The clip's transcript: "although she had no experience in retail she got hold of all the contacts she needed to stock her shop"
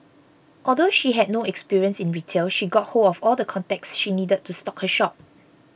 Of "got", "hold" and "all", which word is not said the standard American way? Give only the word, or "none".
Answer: hold